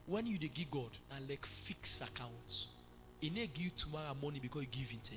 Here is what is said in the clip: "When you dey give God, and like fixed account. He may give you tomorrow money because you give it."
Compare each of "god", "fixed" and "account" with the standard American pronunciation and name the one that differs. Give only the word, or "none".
fixed